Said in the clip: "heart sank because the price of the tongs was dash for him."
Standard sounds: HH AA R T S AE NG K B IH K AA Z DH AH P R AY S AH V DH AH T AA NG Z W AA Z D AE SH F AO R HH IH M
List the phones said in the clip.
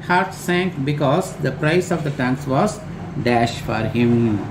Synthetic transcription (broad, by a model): HH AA R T S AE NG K B IH K AA Z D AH P R AY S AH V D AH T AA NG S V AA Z D AE SH F AO R HH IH M